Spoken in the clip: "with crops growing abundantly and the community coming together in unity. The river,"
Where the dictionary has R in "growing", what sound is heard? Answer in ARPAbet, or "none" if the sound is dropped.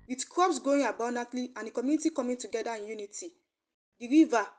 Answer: none